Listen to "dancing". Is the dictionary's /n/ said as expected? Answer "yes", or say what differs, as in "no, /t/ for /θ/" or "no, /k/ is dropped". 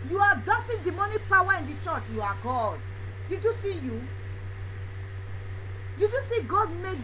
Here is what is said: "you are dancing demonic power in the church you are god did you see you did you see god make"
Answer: no, /n/ is dropped